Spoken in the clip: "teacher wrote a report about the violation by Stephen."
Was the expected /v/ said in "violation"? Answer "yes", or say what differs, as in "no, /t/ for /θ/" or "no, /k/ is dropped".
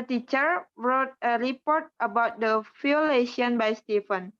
no, /f/ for /v/